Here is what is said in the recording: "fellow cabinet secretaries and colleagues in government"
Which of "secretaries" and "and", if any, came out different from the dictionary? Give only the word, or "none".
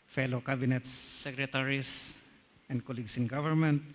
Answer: secretaries